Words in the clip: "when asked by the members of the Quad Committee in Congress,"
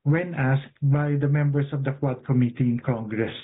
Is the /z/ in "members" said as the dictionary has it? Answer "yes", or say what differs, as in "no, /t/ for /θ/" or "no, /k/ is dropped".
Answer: no, /s/ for /z/